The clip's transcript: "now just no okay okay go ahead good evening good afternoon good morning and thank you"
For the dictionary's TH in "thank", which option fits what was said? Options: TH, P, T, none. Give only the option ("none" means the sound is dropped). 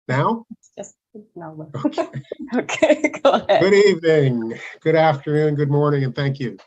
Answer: TH